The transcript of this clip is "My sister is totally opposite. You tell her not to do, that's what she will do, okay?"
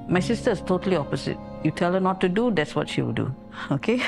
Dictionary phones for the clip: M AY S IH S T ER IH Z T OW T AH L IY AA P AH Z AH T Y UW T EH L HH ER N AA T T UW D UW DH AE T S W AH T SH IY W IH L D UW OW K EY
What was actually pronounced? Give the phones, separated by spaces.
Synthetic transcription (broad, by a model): M AY S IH S T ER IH S T OW T AH L IY AA P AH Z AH T Y UW T EH L HH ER N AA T T UW D UW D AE T S W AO T SH IY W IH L D UW OW K EY